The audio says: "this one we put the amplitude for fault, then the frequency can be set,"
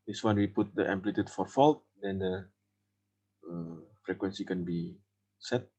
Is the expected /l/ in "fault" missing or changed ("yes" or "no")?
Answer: no